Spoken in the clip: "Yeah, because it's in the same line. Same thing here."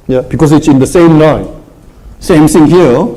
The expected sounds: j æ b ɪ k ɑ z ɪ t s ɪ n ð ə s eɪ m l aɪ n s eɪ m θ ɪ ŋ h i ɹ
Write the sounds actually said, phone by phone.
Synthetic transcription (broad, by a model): j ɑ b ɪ k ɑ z ɪ t s ɪ n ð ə s eɪ m n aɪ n s eɪ m s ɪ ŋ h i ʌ